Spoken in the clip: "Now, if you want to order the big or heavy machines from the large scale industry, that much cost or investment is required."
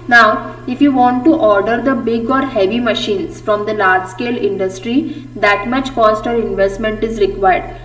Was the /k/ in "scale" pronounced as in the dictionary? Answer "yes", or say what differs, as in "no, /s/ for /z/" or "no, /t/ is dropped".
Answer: yes